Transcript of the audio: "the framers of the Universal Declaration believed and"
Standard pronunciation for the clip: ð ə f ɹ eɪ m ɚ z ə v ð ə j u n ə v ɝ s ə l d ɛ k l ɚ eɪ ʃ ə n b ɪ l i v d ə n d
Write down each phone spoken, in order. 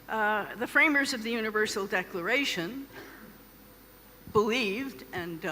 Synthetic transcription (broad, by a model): ð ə f ɹ eɪ m ɚ z ə v ð ə j u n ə v ɝ s l d ɛ k l ɚ eɪ ʃ ə n b ɪ l i v d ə n